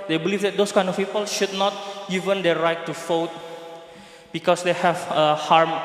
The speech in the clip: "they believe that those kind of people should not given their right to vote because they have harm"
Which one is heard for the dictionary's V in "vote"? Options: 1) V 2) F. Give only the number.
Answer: 2